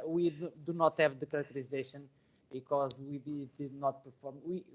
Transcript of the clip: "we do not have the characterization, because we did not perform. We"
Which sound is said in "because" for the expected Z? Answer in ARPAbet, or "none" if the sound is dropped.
Z